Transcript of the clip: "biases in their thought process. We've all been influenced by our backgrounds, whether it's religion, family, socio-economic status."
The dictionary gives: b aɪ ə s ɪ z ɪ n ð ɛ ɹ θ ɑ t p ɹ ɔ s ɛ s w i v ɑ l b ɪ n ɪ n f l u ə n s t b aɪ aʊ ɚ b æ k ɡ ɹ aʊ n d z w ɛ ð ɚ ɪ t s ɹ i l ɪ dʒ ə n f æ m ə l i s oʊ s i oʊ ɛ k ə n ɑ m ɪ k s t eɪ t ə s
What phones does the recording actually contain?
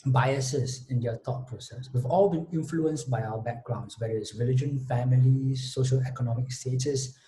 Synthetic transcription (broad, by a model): b aɪ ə s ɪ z ɪ n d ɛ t ɑ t p ɹ ɔ s ɛ s w i v ɑ l b ɪ n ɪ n f l u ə n s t b aɪ aʊ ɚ b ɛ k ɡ ɹ aʊ n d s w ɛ ɚ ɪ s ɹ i l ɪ dʒ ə n f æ m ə l i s oʊ ʃ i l ɛ k ə n ɑ m ɪ k s t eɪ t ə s